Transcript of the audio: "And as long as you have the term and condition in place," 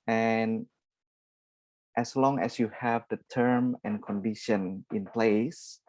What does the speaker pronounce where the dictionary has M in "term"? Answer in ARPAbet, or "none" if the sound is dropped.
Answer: M